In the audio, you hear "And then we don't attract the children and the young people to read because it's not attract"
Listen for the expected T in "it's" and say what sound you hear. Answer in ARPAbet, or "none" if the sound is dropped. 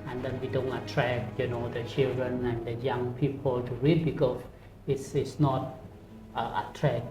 S